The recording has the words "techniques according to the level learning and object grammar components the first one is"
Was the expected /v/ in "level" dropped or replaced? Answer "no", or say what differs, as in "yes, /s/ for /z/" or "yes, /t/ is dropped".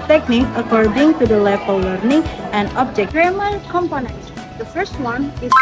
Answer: yes, /f/ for /v/